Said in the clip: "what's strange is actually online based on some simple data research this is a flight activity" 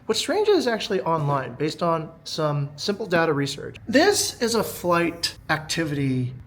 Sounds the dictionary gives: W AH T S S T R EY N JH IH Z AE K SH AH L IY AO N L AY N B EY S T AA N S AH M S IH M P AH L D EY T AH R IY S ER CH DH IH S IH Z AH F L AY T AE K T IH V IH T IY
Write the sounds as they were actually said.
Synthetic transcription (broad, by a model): W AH T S S T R EY N JH IH Z AE K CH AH L IY AO N L AY N B EY S T N S AH M S IH M P L D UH T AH R IY S ER CH DH IH S IH Z AH F L AY T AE K T IH V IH T IY